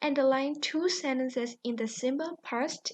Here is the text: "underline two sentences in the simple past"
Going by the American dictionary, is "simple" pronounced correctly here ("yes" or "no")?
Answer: no